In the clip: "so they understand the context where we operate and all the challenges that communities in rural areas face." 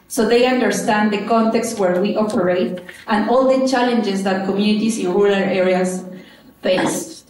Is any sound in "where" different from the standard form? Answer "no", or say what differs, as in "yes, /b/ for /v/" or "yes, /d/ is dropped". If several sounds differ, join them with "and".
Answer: no